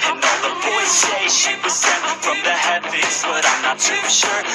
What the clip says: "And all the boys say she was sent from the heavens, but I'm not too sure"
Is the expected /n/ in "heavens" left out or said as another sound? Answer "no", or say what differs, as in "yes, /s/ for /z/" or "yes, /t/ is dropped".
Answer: yes, /n/ is dropped